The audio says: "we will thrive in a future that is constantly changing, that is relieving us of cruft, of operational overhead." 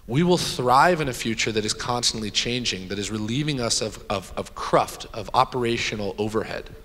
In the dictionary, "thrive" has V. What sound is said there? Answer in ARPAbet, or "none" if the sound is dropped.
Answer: V